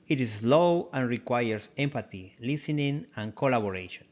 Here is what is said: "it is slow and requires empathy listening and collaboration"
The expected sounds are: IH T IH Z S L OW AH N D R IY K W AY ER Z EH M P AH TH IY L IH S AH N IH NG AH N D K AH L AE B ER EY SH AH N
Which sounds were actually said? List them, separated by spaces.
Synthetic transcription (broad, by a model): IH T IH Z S L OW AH N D R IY K W AY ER S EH M P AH T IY L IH S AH N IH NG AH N K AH L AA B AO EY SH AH N